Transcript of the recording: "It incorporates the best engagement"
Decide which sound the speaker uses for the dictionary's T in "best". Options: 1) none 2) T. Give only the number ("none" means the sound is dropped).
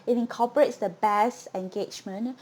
1